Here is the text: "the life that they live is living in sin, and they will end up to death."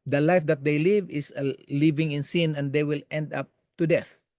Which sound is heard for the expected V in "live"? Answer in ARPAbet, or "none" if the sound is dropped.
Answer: V